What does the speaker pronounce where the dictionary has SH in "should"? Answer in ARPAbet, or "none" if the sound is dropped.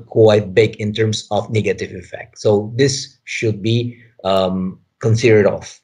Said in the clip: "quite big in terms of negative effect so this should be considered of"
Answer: SH